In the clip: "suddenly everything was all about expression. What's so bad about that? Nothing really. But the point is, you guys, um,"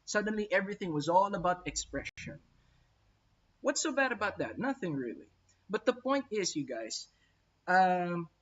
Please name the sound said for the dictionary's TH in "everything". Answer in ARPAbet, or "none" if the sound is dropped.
TH